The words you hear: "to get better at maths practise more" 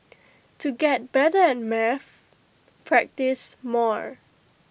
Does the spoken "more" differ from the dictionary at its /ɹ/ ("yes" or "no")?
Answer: no